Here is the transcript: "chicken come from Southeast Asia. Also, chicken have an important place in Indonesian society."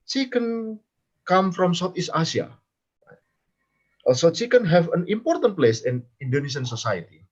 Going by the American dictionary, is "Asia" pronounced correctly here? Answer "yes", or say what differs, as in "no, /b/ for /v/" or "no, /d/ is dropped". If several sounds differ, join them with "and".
no, /s/ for /ʒ/